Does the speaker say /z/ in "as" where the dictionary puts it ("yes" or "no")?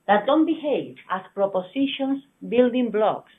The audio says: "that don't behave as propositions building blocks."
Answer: no